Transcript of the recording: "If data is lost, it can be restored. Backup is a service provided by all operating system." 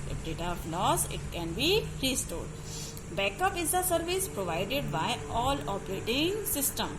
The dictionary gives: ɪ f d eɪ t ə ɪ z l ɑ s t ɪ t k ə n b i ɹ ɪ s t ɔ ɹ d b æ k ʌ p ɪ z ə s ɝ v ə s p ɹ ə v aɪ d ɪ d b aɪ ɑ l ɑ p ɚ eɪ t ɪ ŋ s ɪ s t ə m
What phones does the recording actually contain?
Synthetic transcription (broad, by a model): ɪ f d eɪ t ə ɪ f l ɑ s ɪ t k ə n b i ɹ ɪ s t ɔ ɹ d b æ k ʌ p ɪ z ə s ɝ v ə s p ɹ ə v aɪ d ɪ d b aɪ ɑ l ɑ p ɚ eɪ t ɪ ŋ s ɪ s t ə m